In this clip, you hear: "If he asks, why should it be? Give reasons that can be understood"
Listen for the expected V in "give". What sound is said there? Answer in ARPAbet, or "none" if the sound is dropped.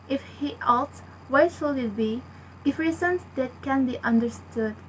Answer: F